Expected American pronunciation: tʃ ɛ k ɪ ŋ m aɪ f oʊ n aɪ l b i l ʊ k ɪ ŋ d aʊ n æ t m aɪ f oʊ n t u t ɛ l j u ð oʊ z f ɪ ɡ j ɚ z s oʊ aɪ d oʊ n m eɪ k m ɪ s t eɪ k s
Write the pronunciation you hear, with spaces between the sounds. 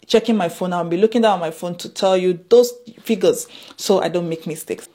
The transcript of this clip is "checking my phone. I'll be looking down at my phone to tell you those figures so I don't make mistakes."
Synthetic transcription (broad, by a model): tʃ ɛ k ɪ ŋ m aɪ f oʊ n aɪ n b i l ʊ k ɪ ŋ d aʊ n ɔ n m aɪ f oʊ n t u t ɛ l j u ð oʊ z f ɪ ɡ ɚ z s oʊ aɪ d oʊ n m eɪ k m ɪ s t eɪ k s